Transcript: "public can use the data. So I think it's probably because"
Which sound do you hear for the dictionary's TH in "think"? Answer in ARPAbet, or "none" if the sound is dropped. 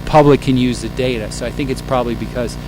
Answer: TH